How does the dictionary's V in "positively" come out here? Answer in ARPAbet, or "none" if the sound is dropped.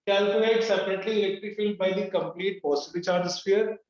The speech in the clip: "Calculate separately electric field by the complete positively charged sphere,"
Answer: B